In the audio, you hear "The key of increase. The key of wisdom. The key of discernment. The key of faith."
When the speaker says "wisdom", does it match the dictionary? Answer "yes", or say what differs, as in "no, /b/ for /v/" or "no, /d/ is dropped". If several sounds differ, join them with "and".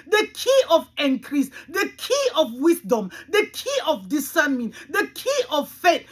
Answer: no, /s/ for /z/